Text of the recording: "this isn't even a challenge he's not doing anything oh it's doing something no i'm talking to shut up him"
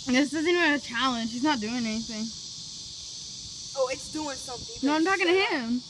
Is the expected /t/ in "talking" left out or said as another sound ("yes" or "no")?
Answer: no